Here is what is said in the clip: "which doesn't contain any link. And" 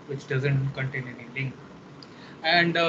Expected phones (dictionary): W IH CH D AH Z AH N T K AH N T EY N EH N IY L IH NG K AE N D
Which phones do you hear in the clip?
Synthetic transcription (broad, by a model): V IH CH D AH Z AH N T K AH N T EY N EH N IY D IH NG AE N D